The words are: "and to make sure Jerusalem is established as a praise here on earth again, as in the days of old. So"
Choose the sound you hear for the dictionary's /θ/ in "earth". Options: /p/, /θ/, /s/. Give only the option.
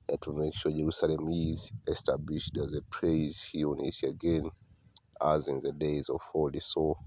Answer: /s/